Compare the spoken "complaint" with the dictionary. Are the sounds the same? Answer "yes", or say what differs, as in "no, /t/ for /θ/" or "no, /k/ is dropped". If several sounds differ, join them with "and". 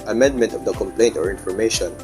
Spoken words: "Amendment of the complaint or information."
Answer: yes